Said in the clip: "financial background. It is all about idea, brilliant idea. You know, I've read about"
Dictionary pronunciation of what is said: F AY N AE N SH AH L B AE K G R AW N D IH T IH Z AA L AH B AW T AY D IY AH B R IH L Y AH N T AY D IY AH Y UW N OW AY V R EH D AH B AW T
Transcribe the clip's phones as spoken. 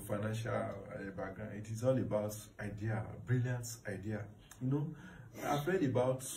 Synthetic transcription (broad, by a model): F AY N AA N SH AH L B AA G AW IH T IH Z AA L AH B AW T AY D IY AH B R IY L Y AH N T AY D IY AH Y UW N OW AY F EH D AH B AW T